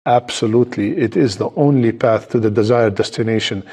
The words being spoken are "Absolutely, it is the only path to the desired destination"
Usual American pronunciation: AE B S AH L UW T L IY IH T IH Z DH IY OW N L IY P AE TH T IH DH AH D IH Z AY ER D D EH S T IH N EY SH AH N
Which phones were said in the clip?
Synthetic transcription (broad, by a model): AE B S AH L UW T L IY IH T IH Z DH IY OW N L IY P AE TH T IH DH AH D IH Z AY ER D D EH S T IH N EY SH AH N